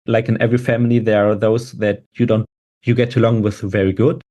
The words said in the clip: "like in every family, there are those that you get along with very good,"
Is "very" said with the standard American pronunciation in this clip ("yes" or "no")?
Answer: yes